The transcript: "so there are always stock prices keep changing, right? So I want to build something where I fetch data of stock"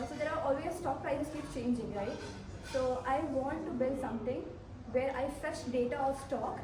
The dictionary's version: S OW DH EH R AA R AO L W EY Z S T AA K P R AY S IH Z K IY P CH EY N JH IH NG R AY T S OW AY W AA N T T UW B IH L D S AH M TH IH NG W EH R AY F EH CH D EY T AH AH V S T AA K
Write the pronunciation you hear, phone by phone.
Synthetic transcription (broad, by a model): S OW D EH R AA R AO L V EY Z S T AA K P R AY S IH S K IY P CH EY N JH IH NG R AY T S OW AY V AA N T T UW B IH L D S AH M T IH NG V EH R AY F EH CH D EY T AH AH S T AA K